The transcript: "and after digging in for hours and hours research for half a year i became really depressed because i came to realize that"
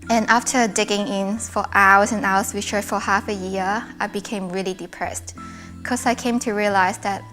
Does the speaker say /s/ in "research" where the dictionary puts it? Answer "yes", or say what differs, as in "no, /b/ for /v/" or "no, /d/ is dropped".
no, /ʃ/ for /s/